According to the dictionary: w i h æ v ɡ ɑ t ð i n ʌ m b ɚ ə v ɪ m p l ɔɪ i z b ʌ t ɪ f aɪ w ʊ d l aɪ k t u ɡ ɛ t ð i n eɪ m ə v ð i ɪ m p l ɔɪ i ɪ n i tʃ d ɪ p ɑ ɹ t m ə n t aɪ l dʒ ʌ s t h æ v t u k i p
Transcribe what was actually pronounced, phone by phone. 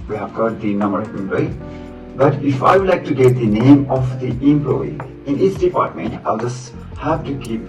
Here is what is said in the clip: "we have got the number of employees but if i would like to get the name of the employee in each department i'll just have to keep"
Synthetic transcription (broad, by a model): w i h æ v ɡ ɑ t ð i n ʌ m b ɚ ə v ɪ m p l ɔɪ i b ʌ t ɪ f aɪ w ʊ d l aɪ k t u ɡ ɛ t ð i n eɪ m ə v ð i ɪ m p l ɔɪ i ɪ n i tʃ d ɪ p ɑ ɹ t m ə n t aɪ l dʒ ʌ s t h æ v t u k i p